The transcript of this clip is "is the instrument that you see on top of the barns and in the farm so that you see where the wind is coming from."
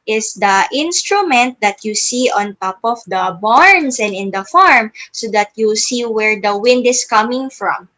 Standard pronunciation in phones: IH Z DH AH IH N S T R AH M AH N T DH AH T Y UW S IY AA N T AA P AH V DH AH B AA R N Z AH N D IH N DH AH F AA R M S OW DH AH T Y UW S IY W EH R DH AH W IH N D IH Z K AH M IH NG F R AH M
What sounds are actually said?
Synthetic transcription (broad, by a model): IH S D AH IH N S T R AH M AH N T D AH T Y UW S IY AA N T AA P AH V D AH B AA R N S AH N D IH N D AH F AA R M S OW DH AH T Y UW S IY W EH R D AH W IH N D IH S K AH M IH NG F R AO M